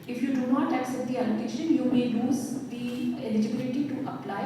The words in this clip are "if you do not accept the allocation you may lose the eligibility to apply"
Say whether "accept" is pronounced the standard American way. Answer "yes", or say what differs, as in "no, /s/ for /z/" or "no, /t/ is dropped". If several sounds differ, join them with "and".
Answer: no, /p/ is dropped